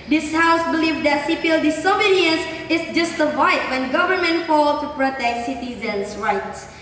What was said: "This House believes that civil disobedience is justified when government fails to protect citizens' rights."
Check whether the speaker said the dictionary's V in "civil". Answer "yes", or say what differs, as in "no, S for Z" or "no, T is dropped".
no, P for V